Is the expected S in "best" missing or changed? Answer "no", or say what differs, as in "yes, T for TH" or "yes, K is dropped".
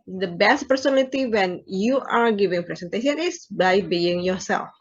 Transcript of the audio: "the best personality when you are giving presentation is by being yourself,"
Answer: no